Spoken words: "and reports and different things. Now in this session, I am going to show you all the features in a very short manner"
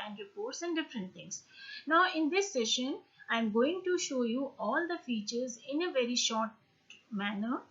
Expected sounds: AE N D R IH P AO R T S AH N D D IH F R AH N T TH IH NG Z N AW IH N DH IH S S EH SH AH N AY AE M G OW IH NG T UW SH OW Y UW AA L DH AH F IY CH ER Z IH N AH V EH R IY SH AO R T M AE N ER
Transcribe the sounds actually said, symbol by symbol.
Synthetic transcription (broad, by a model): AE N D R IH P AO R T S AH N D D IH F R AH N T T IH NG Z N AW IH N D IH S S EH SH AH N AY M G OW IH NG T UW SH OW Y UW AA L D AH F IY CH ER Z IH N AH V EH R IY SH AO R T M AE N ER